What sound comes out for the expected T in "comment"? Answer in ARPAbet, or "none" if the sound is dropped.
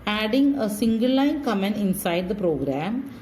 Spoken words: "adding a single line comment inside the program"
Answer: none